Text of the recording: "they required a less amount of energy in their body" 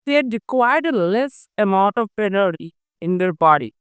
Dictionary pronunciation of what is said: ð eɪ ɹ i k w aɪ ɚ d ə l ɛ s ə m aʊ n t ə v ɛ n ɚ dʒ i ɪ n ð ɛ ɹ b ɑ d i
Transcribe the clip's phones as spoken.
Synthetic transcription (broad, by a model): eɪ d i k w aɪ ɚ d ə l ɛ s ə m aʊ n t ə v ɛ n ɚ i ɪ n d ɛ ɹ b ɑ d i